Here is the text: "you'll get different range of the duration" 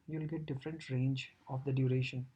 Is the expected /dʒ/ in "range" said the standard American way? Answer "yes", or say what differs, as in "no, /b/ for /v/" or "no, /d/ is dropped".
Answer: yes